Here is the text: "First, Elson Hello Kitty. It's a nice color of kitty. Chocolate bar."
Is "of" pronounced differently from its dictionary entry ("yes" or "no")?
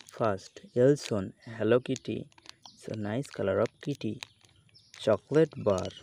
yes